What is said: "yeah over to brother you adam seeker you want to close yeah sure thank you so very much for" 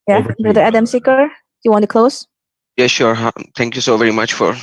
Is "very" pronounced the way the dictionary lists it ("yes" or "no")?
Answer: yes